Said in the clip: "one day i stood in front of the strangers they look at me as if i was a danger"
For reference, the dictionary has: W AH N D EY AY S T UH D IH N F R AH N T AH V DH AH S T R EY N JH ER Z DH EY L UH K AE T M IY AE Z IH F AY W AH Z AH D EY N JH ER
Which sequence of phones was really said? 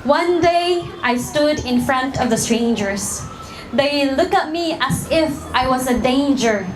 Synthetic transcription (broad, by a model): W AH N D EY AY S T UH D IH N F R AH N T AH V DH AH S T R EY N JH ER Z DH EY L UH K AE T M IY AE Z IH F AY W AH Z AH D EY N JH ER